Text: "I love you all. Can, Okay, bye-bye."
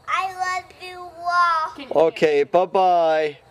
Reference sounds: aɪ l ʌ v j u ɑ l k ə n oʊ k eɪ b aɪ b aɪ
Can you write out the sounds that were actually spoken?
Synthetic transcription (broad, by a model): aɪ l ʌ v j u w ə l oʊ k eɪ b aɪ b aɪ